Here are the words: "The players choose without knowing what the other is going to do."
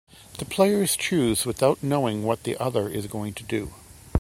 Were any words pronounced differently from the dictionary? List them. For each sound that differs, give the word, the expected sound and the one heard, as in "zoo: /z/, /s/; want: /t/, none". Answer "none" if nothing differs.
none